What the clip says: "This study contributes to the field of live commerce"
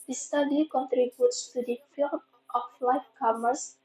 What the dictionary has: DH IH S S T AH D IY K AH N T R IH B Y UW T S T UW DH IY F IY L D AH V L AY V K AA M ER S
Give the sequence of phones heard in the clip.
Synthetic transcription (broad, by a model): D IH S S T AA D IY K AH N T R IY B Y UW T S T UW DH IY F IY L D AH F L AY F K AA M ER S